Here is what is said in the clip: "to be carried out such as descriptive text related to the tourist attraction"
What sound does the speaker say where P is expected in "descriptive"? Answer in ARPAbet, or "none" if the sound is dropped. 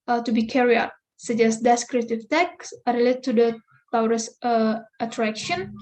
none